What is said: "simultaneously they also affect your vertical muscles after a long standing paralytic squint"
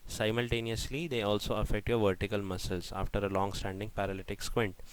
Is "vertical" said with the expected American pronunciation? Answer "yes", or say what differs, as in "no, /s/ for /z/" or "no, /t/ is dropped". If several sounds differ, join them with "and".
yes